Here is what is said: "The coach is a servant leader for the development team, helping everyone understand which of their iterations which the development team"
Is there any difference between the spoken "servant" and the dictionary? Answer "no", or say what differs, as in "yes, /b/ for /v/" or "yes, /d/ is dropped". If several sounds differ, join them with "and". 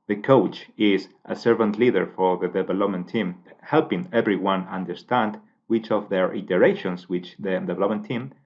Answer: no